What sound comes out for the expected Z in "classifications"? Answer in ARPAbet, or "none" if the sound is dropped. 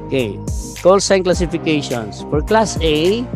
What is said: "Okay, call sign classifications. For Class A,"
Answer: S